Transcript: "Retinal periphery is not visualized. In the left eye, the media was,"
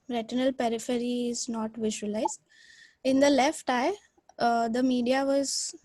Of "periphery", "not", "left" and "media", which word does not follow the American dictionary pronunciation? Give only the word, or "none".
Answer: none